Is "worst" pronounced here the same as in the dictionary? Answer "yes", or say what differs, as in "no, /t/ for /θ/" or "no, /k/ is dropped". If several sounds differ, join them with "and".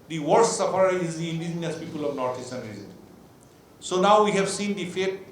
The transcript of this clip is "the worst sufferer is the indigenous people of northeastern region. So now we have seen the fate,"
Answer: no, /s/ is dropped